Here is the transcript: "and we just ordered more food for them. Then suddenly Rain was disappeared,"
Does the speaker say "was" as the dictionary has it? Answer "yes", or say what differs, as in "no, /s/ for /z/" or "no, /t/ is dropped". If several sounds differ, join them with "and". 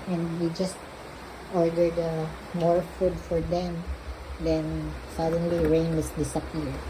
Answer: no, /s/ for /z/